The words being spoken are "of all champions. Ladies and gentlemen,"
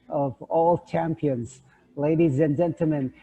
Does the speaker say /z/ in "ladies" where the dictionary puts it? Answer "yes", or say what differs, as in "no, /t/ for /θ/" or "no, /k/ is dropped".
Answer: yes